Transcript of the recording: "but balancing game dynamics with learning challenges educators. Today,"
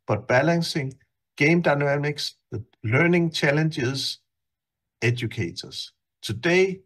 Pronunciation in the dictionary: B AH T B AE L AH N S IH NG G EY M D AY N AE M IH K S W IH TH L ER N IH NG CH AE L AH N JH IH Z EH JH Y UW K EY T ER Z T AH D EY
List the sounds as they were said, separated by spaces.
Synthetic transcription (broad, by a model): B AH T B AE L AH N S IH NG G EY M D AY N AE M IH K S L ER N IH NG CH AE L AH N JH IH S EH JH Y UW K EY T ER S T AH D EY